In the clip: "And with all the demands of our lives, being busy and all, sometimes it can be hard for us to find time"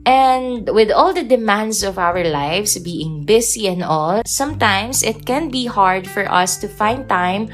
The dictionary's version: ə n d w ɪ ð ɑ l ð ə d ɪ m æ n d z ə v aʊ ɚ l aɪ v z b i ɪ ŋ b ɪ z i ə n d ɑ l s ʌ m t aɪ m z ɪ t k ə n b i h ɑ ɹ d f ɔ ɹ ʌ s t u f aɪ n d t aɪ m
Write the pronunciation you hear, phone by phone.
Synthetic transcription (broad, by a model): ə n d w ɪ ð ɑ l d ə d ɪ m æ n d s ə v aʊ ɚ l aɪ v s b i ɪ ŋ b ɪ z i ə n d ɑ l s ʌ m t aɪ m s ɪ t k ə n b i h ɑ ɹ d f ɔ ɹ ʌ s t u f aɪ n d t aɪ m